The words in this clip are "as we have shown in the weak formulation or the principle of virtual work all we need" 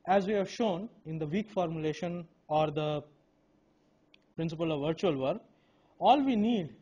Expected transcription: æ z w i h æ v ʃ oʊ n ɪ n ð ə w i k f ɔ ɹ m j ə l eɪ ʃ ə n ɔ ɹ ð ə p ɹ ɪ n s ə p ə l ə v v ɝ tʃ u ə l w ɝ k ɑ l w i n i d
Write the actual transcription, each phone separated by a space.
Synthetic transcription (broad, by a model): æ z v i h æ v ʃ oʊ n ɪ n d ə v i k f ɔ ɹ m j ə l eɪ ʃ ə n ɔ ɹ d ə p ɹ ɪ n s ə p ə l ə v v ɝ tʃ u ə l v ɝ k ɑ l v i n i d